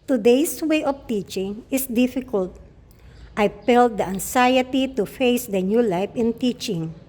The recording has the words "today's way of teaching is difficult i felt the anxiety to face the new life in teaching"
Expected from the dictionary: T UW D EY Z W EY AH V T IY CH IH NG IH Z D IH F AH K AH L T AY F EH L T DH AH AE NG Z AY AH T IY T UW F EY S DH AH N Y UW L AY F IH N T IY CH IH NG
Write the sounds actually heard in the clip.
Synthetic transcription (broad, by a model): T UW D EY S W EY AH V T IY CH IH NG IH S D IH F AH K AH L T AY P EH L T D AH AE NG S AY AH T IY T UW F EY S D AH N Y UW L AY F IH N T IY CH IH NG